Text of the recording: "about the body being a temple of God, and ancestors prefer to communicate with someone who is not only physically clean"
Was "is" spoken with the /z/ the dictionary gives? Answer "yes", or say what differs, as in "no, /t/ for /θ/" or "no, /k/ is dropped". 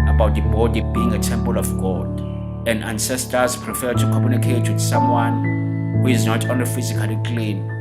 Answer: yes